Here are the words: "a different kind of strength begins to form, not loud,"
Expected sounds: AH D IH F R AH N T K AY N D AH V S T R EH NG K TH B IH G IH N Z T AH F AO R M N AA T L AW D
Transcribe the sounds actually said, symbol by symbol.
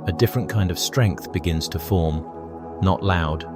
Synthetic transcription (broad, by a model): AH D IH F R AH N K AY N D AH V S T R EH NG K TH B IH G IH N Z T AH F AO R M N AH T L AW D